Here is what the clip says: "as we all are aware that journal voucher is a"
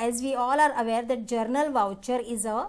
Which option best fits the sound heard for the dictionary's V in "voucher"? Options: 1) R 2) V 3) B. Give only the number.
2